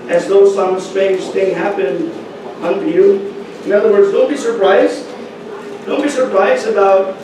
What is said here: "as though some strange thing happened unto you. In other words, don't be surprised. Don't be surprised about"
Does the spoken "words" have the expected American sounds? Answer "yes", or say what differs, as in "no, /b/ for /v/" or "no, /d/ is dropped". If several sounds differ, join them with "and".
yes